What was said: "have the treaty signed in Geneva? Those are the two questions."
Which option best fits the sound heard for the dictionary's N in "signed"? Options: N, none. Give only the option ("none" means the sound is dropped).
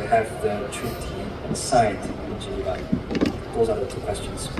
none